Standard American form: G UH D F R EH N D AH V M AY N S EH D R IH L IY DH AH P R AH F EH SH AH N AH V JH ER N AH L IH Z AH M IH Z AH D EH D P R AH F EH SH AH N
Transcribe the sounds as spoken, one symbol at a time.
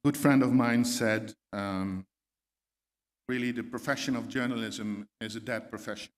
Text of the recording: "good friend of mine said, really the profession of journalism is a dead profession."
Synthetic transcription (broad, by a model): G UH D F R EH N D AH V M AY N S EH D R IH L IY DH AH P R AH F EH SH AH N AH V JH ER N AH L IH Z AH M IH Z AH D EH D P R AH F EH SH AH N